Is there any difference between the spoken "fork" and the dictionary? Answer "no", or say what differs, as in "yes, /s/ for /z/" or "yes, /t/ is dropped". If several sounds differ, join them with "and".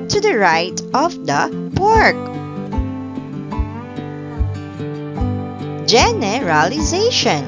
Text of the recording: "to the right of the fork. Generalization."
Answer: yes, /p/ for /f/